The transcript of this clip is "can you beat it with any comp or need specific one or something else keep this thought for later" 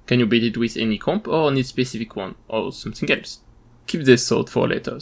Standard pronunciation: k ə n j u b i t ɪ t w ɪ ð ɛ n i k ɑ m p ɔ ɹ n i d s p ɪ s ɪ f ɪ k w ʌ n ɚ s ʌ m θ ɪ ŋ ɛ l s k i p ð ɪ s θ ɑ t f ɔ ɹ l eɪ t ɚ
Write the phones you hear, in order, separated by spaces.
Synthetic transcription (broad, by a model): k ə n j u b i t ɪ t w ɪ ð ɛ n i k ɑ m p ɔ ɹ n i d s p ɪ s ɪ f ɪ k w ʌ n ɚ s ʌ m θ ɪ ŋ ɛ l s k i p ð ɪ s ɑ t f ɔ ɹ l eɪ t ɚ